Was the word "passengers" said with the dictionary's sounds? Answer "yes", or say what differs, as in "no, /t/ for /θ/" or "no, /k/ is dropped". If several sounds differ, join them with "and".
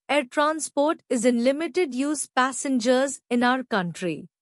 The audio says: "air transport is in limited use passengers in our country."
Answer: yes